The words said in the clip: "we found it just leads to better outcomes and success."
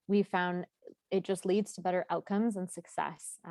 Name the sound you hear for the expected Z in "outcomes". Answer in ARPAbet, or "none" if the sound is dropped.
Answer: Z